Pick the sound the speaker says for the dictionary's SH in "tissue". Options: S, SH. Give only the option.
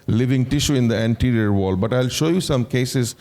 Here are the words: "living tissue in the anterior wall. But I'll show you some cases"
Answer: SH